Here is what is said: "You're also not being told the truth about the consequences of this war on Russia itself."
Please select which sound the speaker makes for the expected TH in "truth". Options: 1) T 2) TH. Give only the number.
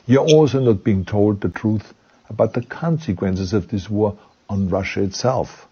2